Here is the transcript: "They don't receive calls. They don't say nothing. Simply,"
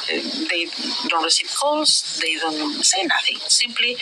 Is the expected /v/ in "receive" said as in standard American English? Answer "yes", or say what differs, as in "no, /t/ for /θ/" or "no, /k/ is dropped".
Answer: no, /p/ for /v/